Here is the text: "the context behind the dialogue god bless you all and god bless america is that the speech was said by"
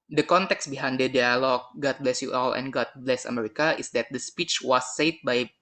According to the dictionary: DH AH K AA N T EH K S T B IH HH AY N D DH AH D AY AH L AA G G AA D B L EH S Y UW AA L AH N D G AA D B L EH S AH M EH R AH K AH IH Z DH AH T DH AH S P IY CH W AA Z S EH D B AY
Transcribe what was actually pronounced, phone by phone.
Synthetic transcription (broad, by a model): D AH K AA N T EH K S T B IH HH AY N D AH D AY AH L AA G G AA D B L EH S Y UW AA L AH N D G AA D B L EH S AH M EH R AH K AH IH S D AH T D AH S P IY CH W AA S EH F B AY